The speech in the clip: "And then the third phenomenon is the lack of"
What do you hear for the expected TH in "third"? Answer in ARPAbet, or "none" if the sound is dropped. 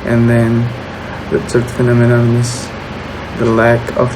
S